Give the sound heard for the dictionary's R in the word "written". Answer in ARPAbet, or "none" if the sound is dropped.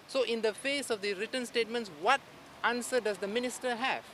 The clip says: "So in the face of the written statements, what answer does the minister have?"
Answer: R